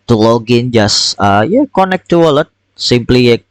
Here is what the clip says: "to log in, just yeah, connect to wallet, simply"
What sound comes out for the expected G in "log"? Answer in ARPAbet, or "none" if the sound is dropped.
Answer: G